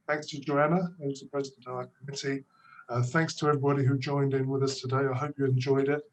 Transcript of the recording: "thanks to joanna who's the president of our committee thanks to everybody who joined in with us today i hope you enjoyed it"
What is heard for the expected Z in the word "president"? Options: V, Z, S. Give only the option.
Z